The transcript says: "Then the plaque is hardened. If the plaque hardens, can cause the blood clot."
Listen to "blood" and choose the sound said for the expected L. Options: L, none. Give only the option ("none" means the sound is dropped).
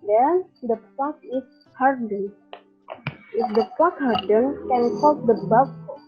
none